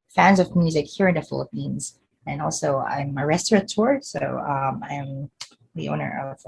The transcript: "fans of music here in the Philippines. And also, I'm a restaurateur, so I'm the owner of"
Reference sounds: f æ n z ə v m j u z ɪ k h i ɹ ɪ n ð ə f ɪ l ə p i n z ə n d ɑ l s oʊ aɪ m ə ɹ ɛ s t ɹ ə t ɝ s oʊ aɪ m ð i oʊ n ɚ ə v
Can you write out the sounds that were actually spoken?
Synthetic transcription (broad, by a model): f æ n z ə v m j u z ɪ k h i ɹ ɪ n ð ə f ɪ l ə p i n z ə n ɑ l s oʊ aɪ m ə ɹ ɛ s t ɹ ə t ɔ s oʊ aɪ m ð i oʊ n ɚ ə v